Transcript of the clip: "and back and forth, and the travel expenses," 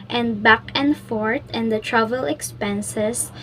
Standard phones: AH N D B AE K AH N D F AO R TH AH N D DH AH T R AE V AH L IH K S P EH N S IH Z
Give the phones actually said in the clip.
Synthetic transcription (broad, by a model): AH N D B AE K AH N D F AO R T AH N D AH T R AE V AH L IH K S P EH N S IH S